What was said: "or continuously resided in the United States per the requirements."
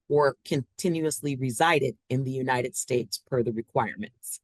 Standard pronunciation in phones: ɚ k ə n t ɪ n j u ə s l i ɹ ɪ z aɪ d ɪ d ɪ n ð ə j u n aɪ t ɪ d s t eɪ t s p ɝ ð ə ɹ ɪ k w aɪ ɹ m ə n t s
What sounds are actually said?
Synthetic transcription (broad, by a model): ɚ k ə n t ɪ n j u ə s l i ɹ ɪ z aɪ d ɪ d ɪ n ð ə j u n aɪ t ɪ d s t eɪ t s f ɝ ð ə ɹ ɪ k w aɪ ɹ m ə n t s